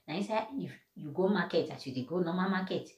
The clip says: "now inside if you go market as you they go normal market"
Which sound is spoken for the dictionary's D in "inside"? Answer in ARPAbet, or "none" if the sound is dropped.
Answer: none